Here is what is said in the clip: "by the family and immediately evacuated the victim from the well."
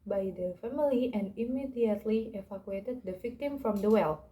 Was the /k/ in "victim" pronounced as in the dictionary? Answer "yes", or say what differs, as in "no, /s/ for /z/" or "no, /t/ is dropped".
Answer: yes